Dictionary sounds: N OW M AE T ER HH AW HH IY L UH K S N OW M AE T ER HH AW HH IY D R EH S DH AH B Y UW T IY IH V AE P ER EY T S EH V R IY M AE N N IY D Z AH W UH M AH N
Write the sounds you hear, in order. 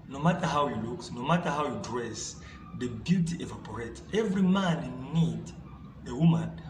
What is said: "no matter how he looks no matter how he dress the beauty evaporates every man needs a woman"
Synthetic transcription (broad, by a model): N OW M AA T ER HH AW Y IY L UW K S N OW M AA T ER HH AW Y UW D R EH S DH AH B Y UW T IY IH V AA P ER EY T EH V R IY M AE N N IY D AH W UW M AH N